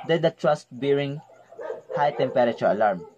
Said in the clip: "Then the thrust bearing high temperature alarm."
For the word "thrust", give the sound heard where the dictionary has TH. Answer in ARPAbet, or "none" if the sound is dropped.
T